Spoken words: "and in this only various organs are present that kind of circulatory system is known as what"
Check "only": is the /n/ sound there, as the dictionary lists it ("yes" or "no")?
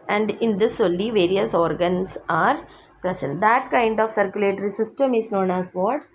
no